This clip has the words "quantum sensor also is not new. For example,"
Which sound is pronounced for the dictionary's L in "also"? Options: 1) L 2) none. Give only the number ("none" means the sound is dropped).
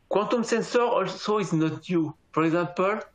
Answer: 1